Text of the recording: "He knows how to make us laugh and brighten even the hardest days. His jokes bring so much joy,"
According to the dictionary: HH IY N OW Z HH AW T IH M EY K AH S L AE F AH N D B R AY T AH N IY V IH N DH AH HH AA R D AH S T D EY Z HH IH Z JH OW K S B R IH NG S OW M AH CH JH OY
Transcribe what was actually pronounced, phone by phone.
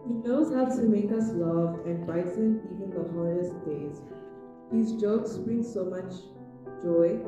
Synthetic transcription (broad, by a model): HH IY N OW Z HH AW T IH M EY K AH S L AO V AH N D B AY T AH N IY V IH N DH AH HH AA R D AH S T D EY Z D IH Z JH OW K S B R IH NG S OW M AH CH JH OY